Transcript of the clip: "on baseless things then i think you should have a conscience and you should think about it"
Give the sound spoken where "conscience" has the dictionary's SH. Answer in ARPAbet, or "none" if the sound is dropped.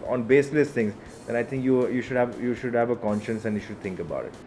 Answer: SH